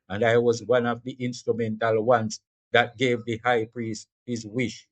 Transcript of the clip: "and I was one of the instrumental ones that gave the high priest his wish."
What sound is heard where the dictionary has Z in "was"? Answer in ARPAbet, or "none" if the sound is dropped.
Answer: Z